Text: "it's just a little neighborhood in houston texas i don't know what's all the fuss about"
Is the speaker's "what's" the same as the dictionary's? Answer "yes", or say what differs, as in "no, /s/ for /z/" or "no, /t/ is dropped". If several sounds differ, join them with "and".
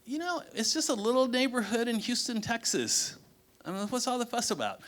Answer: yes